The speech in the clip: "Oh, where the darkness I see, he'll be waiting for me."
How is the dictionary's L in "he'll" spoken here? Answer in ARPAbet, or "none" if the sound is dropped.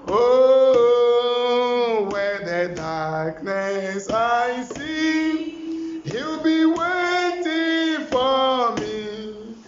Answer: W